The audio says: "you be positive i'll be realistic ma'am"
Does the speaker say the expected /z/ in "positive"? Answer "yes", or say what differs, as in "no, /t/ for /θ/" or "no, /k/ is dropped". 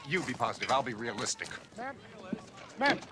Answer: yes